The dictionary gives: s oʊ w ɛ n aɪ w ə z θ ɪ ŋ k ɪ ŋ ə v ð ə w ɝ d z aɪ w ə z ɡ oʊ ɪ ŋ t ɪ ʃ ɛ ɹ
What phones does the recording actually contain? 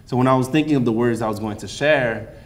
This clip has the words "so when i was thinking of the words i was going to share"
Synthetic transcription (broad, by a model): s oʊ w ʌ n aɪ w ə z θ ɪ ŋ k ɪ ŋ ə v ð ə w ɝ d z aɪ w ə z ɡ oʊ ɪ ŋ t ɪ ʃ ɛ ɹ